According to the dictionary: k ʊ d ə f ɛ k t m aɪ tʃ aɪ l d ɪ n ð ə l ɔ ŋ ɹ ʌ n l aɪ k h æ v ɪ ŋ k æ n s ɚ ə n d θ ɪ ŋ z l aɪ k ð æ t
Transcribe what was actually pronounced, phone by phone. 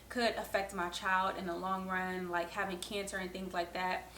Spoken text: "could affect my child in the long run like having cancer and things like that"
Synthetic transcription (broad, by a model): k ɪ d ə f ɛ k t m aɪ tʃ aɪ l d ɪ n ð ə l ɔ ŋ ɹ ʌ n l aɪ k h æ v ɪ ŋ k æ n s ɚ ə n θ ɪ ŋ z l aɪ k ð æ t